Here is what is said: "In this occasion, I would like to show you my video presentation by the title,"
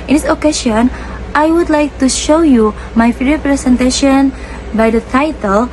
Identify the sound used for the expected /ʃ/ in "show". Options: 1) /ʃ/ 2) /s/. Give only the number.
1